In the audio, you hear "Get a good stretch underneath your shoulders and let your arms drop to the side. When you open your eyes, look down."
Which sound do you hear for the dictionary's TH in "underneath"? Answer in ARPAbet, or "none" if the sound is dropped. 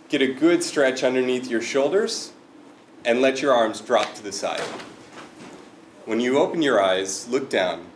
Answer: TH